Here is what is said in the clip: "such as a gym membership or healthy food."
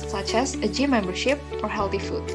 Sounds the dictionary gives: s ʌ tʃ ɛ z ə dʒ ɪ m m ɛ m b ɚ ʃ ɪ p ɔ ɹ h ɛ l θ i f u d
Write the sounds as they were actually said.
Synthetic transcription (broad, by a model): s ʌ tʃ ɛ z ə dʒ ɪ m m ɛ m b ɚ ʃ ɪ p ɔ ɹ h ɛ l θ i f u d